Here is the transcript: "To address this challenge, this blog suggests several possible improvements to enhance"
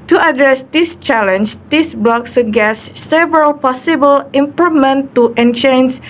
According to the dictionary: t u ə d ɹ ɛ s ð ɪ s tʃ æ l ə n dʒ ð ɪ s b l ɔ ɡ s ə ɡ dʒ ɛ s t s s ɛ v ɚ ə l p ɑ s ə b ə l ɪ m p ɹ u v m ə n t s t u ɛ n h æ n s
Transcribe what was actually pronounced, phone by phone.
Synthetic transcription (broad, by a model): t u ə d ɹ ɛ s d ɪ s tʃ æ l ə n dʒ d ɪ s b l ɔ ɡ s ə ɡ ɛ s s s ɛ v ɚ ə l p ɑ s ə b ə l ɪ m p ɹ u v m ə n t t u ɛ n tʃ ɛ n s